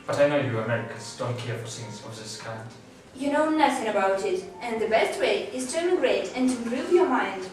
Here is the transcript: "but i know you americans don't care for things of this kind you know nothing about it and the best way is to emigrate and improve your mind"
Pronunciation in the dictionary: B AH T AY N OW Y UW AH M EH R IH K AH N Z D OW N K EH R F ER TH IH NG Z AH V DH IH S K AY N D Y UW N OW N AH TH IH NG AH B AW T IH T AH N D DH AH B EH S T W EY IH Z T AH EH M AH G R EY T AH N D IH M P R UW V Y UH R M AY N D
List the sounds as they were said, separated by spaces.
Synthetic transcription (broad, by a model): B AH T AY N OW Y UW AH M EH R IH K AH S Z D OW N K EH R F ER S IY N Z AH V DH IH S K AY N D Y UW N OW N AH TH IH NG AH B AW T IH T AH N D DH AH B EH S T W EY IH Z T AH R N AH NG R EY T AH N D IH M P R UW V Y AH R M AY N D